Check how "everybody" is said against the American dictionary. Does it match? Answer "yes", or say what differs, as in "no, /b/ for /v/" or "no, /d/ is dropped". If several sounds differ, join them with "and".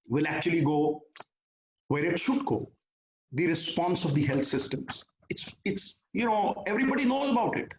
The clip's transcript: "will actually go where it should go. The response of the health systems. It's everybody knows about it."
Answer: yes